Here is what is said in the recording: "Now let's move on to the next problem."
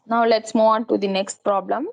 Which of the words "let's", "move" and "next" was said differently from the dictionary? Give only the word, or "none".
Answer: move